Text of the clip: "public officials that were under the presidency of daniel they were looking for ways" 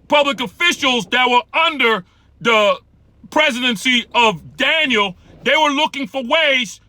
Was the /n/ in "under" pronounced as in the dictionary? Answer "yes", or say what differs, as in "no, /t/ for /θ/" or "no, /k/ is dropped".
yes